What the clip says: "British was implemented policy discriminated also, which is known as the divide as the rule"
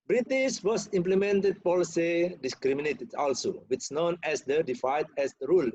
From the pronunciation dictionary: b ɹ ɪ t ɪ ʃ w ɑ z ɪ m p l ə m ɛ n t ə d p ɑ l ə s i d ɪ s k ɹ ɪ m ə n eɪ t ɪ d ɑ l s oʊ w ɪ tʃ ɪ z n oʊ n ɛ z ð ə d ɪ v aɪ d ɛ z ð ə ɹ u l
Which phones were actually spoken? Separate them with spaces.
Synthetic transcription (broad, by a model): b ɹ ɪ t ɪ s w ɑ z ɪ m p l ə m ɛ n t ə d p ɑ l ə s i d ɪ s k ɹ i m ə n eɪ t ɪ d ɑ l s oʊ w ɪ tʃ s n oʊ n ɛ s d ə d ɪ f aɪ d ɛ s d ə ɹ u l